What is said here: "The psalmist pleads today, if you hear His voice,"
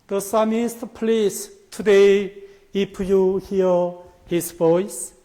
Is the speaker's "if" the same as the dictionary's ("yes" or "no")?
no